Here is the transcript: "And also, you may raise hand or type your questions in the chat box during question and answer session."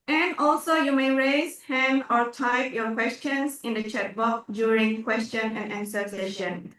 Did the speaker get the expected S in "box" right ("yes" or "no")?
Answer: no